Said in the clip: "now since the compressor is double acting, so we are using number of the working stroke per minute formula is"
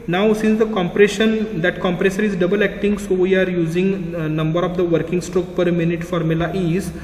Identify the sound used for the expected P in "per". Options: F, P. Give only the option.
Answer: P